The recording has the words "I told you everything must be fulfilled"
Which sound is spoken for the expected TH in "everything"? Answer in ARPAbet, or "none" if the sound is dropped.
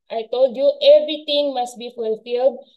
T